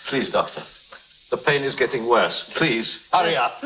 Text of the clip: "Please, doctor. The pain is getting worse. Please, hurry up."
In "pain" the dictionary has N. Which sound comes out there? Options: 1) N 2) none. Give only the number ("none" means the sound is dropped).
1